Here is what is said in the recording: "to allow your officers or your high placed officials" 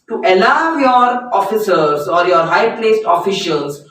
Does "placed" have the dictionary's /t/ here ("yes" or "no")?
yes